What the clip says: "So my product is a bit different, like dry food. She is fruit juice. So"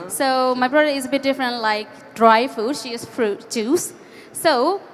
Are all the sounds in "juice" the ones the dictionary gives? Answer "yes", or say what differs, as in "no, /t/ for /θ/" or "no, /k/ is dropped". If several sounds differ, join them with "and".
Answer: no, /tʃ/ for /dʒ/